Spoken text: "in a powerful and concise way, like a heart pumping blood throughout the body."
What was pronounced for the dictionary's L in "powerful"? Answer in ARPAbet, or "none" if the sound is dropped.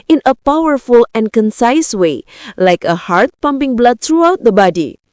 L